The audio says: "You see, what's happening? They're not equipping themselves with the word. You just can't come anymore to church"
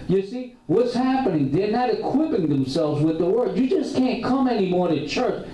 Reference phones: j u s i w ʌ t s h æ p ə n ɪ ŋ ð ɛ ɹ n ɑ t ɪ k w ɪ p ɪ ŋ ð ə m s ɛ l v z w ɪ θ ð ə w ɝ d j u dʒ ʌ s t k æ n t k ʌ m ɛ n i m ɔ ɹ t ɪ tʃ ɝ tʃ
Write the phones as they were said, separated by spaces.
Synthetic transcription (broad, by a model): j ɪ s i w ʌ t s h æ p ə n ɪ ŋ ð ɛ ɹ n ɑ t ɪ k w ɪ p ɪ ŋ ð ə m s ɛ l v z w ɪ ð ə w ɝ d j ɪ dʒ ʌ s k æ n k ʌ m ɛ n i m ɔ ɹ t ɪ tʃ ɝ tʃ